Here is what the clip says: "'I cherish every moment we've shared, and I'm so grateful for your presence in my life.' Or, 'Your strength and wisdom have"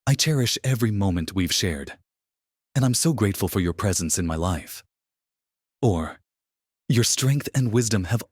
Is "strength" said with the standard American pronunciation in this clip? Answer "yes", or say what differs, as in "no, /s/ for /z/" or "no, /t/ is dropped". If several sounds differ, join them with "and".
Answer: yes